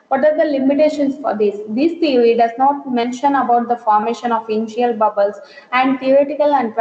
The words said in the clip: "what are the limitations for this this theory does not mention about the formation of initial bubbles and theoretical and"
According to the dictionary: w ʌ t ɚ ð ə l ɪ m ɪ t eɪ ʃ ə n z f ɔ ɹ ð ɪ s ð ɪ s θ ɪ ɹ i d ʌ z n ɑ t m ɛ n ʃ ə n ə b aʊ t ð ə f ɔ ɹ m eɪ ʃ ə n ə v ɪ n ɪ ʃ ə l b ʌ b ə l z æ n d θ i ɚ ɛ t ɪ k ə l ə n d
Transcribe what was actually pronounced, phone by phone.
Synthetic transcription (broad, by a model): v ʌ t ɚ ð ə l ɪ m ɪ t eɪ ʃ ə n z f ɔ ɹ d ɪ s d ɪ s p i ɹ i d ʌ z n ɑ t m ɛ n ʃ ə n ə b aʊ t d ə f ɔ ɹ m eɪ ʃ ə n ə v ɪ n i ə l b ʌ b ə l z æ n d t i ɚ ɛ t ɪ k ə l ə n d